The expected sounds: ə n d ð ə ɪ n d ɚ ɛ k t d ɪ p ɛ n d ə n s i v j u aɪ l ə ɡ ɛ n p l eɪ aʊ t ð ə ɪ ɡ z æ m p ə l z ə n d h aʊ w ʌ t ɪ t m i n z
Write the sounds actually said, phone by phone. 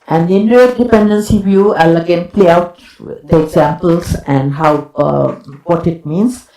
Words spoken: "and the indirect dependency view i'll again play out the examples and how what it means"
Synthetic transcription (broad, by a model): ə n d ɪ n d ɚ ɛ t d ɪ p ɛ n d ə n s i v j u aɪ l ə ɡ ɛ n p l eɪ aʊ t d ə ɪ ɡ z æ m p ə l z ə n d h aʊ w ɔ t ɪ t m i n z